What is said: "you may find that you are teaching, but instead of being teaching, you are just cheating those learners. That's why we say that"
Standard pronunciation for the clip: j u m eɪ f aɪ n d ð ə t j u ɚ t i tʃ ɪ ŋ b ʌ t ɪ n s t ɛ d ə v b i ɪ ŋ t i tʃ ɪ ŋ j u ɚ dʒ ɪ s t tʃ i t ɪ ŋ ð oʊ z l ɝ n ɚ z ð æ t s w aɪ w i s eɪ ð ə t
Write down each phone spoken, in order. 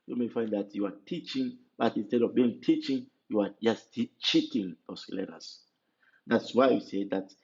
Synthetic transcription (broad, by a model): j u m eɪ f aɪ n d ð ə t j u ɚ t i tʃ ɪ ŋ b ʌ t ɪ n s t ɛ d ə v b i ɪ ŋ t i tʃ ɪ ŋ j u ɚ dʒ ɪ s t tʃ i t ɪ ŋ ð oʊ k l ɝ ɚ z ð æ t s w aɪ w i s eɪ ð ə t